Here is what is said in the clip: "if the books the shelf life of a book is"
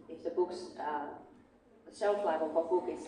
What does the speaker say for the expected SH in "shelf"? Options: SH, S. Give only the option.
S